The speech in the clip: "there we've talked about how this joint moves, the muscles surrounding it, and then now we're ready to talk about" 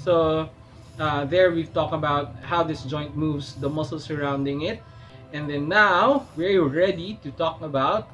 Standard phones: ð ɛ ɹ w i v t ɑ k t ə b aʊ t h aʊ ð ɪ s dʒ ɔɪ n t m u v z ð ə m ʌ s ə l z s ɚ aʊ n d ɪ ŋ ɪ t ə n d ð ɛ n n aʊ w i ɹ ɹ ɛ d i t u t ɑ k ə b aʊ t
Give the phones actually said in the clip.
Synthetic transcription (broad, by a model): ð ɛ ɹ w i v t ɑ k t ə b aʊ t h aʊ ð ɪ s dʒ ɔɪ n t m u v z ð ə m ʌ s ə l s ɚ aʊ n d ɪ ŋ ɪ t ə n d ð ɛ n n aʊ w i ɹ ɹ ɛ d i t u t ɑ k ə b aʊ t